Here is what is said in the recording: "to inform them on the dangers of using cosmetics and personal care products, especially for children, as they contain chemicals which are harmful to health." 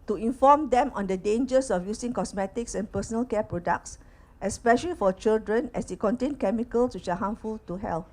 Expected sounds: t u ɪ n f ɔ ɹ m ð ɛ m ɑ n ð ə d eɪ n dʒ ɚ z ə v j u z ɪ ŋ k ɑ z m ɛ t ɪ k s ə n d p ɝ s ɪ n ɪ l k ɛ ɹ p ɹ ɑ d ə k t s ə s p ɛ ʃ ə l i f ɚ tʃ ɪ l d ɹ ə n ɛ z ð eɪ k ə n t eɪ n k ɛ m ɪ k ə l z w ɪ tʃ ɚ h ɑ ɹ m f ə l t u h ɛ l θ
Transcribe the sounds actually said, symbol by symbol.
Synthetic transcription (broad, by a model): t u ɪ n f ɔ m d ɛ m ɑ n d ə d eɪ n dʒ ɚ s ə f j u s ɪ ŋ k ɑ s m ɛ t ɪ k s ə n p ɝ s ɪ n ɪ l k ɛ p ɹ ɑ d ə k t s ə s p ɛ ʃ ə l i f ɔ tʃ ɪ l d ɹ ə n ɛ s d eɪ k ə n t eɪ n k ɛ m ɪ k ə l s w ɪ tʃ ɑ h ɑ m f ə l t u h ɛ l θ